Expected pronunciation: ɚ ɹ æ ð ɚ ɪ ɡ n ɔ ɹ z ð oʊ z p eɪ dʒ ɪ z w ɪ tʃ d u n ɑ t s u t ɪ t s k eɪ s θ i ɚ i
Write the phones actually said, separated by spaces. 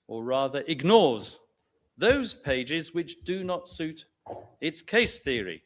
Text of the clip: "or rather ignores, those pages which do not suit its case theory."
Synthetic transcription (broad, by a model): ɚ ɹ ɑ ð ɚ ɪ ɡ n ɔ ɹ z ð oʊ z p eɪ dʒ ɪ z w ɪ tʃ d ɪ n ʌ t s u t ɪ t s k eɪ s θ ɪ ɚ i